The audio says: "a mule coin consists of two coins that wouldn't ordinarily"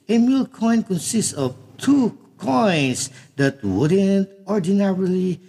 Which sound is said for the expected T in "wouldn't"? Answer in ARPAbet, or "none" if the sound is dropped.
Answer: T